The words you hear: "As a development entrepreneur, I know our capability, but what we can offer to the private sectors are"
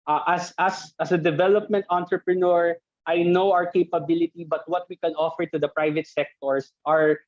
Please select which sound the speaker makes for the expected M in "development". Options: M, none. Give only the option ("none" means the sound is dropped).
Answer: M